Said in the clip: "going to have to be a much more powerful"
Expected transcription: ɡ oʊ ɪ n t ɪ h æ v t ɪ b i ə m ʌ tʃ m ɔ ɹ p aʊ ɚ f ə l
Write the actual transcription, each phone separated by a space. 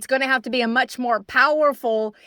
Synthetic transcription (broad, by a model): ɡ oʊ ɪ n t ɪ h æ f t ɪ b i ə m ʌ tʃ m ɔ ɹ p aʊ ɚ f l